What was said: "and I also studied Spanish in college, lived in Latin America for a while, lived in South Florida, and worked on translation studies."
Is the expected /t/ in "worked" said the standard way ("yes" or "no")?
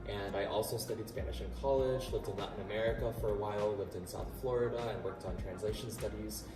yes